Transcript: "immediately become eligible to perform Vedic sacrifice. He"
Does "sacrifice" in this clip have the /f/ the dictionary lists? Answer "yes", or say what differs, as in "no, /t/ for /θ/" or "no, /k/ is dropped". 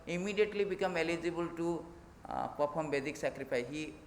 no, /p/ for /f/